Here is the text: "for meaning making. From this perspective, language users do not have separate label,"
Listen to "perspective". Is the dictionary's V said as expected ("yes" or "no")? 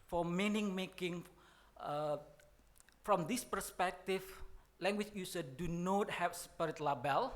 no